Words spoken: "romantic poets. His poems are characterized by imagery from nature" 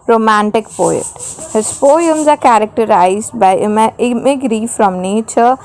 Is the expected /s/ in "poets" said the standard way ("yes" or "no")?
no